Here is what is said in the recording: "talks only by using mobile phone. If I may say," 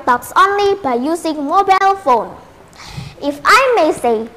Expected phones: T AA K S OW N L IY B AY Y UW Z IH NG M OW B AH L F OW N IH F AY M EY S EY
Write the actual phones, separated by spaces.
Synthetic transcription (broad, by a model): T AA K S OW N L IY B AY Y UW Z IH NG M OW B AH L F OW N IH F AY M EY S EY